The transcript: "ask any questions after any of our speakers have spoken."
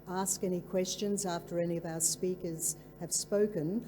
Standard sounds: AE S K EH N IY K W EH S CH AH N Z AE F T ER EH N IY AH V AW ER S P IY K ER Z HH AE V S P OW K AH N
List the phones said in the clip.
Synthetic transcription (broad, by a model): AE S K EH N IY K W EH S CH AH N Z AE F T ER EH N IY AH V AW ER S P IY K ER Z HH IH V S P OW K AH N